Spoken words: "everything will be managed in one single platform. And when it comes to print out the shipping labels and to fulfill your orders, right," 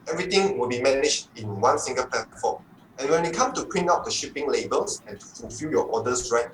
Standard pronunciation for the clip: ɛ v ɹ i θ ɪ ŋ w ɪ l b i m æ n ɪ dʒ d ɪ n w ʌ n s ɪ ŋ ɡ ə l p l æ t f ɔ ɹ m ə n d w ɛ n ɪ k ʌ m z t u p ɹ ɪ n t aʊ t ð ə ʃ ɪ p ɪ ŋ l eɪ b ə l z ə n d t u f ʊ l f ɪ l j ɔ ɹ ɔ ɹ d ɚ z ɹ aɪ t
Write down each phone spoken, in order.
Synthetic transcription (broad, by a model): ɛ v ɹ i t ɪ ŋ w ɪ l b i m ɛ n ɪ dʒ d ɪ n w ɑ n s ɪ ŋ ɡ ə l p l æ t f ɔ m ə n w ɛ n ɪ k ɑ m t u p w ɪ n aʊ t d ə ʃ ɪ p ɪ ŋ l eɪ b ə l s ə n t u f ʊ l f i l j ɔ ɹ ɔ d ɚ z ɹ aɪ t